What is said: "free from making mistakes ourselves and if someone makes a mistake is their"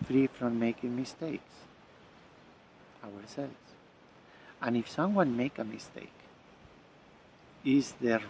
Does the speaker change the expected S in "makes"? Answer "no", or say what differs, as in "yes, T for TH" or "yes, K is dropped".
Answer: yes, S is dropped